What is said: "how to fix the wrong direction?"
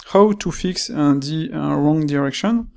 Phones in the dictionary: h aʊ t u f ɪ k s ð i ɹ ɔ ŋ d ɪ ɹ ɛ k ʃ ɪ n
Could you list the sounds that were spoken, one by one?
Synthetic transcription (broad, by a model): h aʊ t u f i k s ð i ɹ ɔ ŋ d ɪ ɹ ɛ k ʃ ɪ n